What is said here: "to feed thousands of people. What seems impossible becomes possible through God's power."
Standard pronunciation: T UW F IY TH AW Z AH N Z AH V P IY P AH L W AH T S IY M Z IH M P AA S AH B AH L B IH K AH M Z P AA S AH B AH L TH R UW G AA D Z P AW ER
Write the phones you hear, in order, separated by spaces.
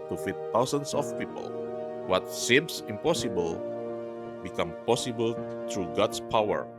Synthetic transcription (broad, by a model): T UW F IY T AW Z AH N S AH F P IY P AH L W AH T S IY M S IH M P AA S AH B AH L B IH K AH M P AA S AH B AH L T R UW G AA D S P AW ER